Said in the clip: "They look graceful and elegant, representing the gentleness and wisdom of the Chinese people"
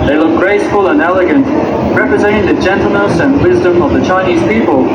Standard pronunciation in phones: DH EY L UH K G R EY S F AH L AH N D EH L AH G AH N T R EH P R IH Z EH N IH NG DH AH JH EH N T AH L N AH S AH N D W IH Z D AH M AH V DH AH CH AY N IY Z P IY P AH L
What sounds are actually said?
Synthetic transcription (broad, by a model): DH EY L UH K G R EY S F AH L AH N EH L AH G AH N T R EH P R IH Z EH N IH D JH EH N T L N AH S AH N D W IH Z D AH M AH V DH AH CH AY N IY Z P IY P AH L